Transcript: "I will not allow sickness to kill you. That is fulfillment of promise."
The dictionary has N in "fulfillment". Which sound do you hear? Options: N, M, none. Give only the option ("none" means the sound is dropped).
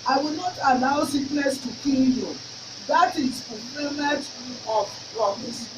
none